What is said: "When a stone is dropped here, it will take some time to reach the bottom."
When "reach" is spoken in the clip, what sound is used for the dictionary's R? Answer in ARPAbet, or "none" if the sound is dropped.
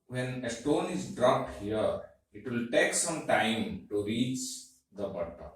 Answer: R